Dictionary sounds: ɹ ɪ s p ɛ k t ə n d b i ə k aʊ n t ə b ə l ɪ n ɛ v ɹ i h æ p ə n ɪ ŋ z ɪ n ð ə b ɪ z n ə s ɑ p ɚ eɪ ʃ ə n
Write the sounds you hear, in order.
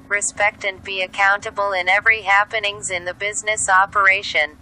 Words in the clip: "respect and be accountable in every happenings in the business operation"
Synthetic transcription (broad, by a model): ɹ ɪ s p ɛ k t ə n b i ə k aʊ n t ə b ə l ɪ n ɛ v ɹ i h æ p ə n ɪ ŋ z ɪ n ð ə b ɪ z n ə s ɑ p ɚ eɪ ʃ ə n